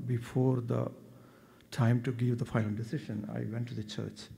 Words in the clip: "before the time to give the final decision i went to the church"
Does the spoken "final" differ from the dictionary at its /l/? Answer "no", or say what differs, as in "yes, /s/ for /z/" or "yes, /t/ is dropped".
yes, /n/ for /l/